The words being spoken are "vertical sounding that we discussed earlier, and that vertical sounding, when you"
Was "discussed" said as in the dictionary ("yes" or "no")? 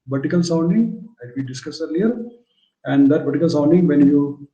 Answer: no